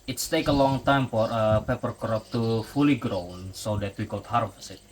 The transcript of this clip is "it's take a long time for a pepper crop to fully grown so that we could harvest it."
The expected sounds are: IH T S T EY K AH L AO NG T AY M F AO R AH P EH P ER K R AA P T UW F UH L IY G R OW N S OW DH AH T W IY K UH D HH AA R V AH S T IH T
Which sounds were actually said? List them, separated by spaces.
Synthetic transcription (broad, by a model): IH T S T EY K AH L AO NG T AY M F AO R AH P EH P ER K R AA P T UW F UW L IY G R OW N S OW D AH T W IY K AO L HH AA R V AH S IH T